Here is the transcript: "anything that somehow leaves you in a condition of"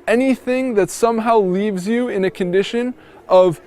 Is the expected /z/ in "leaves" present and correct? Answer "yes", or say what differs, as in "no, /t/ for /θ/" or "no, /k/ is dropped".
yes